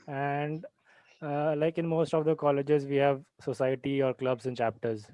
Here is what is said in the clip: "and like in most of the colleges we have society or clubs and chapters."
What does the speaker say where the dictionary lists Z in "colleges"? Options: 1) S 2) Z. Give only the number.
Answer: 2